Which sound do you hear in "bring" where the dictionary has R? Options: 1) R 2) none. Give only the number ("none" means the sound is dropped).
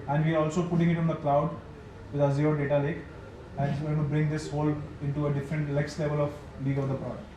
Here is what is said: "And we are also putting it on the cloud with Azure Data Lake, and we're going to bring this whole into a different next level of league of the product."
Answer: 1